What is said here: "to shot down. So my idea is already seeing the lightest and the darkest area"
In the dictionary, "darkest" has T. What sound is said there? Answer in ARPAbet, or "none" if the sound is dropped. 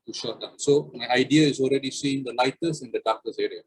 none